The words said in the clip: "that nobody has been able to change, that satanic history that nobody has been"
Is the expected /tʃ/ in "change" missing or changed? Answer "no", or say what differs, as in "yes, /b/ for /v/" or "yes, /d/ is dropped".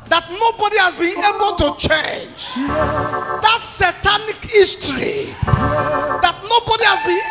no